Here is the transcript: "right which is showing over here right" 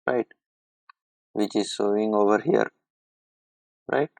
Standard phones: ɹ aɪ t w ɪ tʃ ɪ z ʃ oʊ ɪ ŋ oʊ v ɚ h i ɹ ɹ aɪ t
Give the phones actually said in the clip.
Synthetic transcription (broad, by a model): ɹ aɪ t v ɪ tʃ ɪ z s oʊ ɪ ŋ oʊ v ɚ h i ɹ ɹ aɪ t